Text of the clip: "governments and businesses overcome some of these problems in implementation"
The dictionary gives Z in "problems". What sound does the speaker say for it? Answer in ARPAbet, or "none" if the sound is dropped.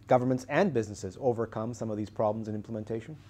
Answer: Z